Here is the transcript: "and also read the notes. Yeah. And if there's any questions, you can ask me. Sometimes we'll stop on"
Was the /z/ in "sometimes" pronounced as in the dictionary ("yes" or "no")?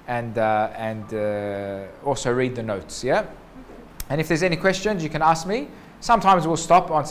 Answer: yes